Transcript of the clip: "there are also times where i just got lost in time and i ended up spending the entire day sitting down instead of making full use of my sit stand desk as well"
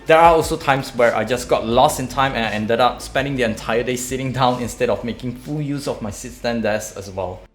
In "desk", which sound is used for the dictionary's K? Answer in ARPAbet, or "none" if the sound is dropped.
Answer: none